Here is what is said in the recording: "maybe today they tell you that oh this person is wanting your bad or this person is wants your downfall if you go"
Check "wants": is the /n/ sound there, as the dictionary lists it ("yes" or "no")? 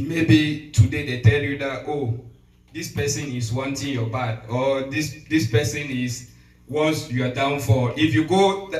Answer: no